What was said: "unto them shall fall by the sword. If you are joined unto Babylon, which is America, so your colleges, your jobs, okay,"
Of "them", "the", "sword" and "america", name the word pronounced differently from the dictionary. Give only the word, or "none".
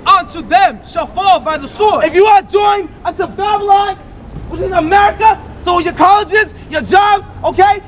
sword